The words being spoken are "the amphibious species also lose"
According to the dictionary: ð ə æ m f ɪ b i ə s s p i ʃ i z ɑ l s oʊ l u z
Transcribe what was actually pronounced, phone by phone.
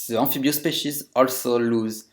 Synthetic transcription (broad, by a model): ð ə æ f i b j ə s s p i ʃ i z ɑ l s oʊ l u z